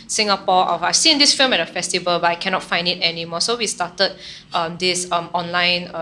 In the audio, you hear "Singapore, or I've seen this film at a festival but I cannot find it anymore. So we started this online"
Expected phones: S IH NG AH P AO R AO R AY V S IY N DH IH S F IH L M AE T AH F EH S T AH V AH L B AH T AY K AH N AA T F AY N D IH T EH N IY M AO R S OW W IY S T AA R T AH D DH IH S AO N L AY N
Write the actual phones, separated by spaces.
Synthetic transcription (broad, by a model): S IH NG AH P AO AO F AY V S IY N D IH S F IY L M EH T AH F EH S T AH V AH L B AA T AY K AH N AA T F AY N D IH T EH N IY M AO S OW W IY S T AA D T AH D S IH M AO N L AY N